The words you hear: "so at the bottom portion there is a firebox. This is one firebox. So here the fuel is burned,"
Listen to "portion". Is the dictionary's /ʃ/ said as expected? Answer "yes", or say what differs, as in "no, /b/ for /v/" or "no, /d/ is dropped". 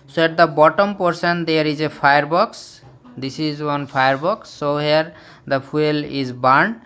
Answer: no, /s/ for /ʃ/